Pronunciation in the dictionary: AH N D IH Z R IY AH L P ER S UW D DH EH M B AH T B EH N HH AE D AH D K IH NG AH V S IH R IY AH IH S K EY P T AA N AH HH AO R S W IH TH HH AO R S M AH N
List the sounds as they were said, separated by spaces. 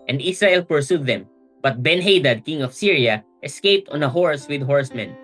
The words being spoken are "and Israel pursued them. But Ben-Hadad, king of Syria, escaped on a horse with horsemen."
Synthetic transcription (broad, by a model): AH N D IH S R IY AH L P ER S UW D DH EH M B AH T B EH N HH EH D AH D K IH NG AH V S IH R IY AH IH S K EY P T AA N AH HH AO R S W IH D HH AO R S M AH N